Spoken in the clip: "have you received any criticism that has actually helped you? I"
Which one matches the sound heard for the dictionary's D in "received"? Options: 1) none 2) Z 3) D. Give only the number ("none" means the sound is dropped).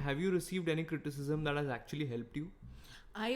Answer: 3